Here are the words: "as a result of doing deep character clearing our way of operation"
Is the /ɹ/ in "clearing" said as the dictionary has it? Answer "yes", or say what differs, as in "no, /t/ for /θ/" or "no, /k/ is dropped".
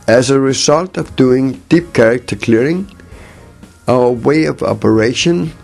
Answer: yes